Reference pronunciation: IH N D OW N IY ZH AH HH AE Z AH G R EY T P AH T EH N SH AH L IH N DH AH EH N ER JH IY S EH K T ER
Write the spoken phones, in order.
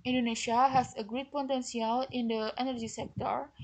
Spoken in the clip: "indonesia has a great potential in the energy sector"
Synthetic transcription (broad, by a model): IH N D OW N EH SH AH HH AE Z AH G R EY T P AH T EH N S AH L IH N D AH EH N ER JH IY S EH K T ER